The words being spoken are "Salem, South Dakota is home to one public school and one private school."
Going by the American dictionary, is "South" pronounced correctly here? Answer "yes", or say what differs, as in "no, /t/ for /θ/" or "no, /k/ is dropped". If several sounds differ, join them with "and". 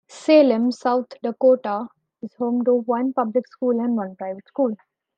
no, /t/ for /θ/